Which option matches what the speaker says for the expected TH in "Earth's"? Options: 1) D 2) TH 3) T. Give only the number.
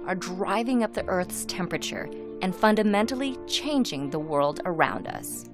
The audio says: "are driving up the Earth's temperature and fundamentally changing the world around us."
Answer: 2